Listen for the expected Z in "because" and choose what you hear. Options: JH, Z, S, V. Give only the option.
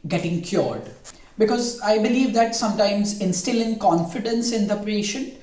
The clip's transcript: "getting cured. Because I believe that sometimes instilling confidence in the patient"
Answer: Z